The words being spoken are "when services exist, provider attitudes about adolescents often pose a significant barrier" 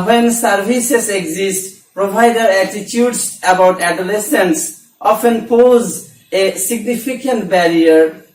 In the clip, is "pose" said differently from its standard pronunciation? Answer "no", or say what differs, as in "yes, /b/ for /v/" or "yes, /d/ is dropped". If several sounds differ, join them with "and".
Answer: no